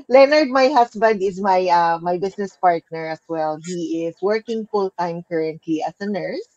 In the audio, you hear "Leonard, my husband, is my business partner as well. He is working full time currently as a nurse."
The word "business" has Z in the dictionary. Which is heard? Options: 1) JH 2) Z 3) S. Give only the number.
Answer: 3